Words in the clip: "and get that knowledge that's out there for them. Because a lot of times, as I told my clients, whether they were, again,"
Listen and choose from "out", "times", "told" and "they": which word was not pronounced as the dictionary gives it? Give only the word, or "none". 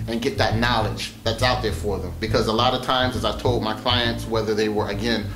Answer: none